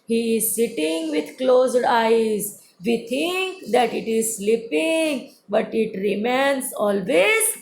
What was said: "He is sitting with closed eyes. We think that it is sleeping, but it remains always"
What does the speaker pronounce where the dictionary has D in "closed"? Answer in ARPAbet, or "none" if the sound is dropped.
D